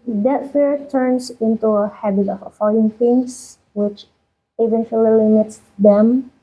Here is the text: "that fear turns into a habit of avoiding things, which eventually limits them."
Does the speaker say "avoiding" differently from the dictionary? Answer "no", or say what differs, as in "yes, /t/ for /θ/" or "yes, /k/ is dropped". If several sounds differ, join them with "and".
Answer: yes, /f/ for /v/